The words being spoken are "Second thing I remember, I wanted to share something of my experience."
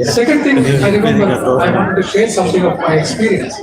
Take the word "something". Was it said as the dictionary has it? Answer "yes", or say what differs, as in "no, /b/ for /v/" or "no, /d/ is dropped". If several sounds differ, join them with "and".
no, /t/ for /θ/